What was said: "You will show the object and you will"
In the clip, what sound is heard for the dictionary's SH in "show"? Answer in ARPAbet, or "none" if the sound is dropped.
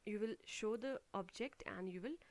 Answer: SH